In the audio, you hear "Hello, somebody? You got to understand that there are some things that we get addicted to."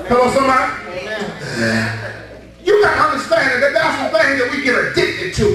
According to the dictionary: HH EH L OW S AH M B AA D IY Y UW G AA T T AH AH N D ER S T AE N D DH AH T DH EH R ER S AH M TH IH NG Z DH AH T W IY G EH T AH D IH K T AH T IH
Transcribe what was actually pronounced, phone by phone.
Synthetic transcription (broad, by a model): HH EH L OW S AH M AA Y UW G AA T T AH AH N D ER S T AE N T DH AH T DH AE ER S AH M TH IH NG DH AH T W IY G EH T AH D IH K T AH T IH